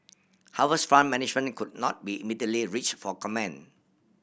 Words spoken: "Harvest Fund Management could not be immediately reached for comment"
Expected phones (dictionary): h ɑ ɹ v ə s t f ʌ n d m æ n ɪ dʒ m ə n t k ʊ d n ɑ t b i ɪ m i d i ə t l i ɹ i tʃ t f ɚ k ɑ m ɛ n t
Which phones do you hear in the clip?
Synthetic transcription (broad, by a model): h ɑ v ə s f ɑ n m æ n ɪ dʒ m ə n k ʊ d n ɑ t b i ɪ m i d i ə t l i ɹ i tʃ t f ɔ k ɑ m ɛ n